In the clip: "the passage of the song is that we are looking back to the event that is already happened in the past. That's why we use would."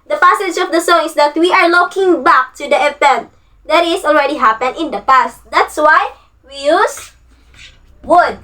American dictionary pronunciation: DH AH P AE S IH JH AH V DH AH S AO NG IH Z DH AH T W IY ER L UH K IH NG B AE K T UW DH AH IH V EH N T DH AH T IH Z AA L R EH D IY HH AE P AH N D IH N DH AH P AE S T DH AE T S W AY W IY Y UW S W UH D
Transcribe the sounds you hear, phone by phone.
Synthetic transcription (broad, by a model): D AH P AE S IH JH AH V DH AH S AO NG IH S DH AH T W IY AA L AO K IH NG B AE K T UW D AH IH P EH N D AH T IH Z AA L R EH D IY HH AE P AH N IH N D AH P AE S T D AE T S W AY W IY Y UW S W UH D